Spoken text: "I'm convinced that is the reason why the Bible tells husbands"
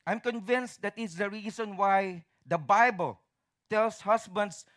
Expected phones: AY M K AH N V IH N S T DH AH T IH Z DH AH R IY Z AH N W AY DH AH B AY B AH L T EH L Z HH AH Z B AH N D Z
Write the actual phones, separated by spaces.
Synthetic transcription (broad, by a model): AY M K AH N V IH N S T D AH T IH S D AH R IY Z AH N W AY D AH B AY B AH L T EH L S HH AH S B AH N D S